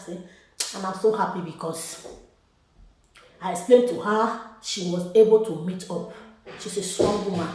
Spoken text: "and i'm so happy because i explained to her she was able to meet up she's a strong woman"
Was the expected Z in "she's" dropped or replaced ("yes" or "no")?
yes